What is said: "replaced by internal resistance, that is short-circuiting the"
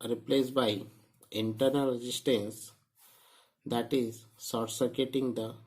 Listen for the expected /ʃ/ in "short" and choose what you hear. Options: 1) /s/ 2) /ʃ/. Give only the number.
1